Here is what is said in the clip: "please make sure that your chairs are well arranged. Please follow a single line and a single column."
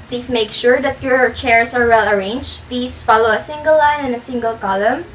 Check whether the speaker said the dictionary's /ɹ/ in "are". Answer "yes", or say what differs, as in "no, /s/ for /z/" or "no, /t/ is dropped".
yes